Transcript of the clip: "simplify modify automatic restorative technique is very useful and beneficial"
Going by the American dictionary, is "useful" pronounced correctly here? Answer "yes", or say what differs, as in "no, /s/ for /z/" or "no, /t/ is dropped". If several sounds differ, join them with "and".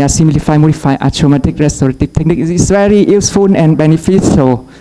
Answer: no, /n/ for /l/